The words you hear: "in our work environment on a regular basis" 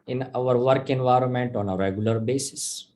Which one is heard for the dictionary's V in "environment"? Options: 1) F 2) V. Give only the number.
2